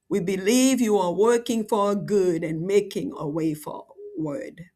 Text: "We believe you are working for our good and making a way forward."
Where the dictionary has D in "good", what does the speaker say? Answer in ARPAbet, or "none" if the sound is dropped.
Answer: D